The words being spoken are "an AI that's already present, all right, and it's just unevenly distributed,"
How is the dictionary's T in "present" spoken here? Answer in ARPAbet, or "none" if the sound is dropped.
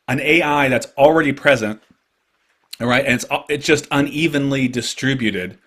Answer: T